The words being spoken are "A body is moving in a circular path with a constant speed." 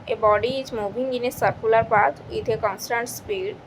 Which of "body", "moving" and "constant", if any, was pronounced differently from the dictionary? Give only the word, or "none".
moving